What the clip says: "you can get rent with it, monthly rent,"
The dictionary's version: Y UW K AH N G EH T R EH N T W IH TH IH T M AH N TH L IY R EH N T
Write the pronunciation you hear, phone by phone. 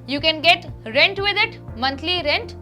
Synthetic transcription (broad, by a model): Y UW K AH N G EH T R EH N T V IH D IH T M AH N T L IY R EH N T